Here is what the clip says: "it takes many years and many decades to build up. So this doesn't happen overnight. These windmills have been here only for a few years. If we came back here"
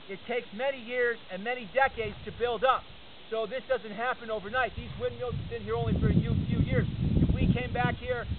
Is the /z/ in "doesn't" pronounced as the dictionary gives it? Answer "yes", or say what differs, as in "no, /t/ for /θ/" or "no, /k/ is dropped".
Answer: yes